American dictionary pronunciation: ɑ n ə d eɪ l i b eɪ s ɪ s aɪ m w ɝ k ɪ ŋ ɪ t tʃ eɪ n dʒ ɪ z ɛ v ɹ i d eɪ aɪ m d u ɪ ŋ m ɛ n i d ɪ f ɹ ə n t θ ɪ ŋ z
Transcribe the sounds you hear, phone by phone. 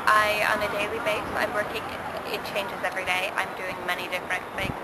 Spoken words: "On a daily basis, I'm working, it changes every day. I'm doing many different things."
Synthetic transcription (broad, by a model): ɑ n ə d eɪ l i b eɪ ɪ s aɪ m w ɝ k ɪ ŋ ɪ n tʃ eɪ n dʒ ɪ z ɛ v ɹ i d eɪ aɪ m d u ɪ ŋ m ɛ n i d ɪ f ɹ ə n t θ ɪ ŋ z